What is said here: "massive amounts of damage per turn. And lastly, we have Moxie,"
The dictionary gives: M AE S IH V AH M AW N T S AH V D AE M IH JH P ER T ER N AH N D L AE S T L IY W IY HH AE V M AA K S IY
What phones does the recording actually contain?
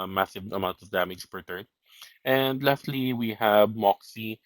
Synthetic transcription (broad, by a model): M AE S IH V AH M AW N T AH V D AE M IH JH P ER T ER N AH N D L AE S T L IY W IY HH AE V M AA K S IY